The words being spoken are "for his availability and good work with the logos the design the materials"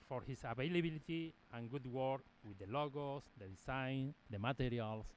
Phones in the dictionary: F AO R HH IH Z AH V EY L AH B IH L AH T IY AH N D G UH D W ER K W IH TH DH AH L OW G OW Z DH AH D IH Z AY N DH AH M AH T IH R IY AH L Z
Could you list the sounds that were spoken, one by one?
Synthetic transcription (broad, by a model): F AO R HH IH S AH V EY L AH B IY L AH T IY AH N G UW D W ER K W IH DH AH L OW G OW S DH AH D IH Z AY N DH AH M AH T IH R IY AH L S